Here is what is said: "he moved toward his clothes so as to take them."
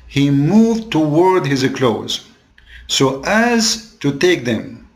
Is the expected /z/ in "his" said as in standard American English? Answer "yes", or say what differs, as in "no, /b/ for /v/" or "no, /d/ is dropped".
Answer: yes